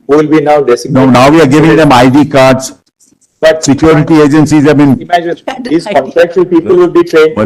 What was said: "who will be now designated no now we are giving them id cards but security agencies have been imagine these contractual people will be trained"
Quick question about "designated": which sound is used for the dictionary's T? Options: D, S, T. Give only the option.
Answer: S